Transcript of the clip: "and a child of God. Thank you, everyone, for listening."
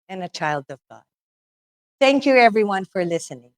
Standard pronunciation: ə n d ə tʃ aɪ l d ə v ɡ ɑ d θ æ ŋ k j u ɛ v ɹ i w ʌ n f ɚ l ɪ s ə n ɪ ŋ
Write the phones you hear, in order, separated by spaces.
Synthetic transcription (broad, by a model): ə n ə tʃ aɪ l d ə v ɡ ɑ d θ æ ŋ k j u ɛ v ɹ i w ʌ n f ɚ l ɪ s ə n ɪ ŋ